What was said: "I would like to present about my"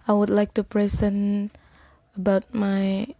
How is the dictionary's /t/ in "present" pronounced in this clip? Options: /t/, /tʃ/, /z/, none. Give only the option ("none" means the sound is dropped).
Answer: none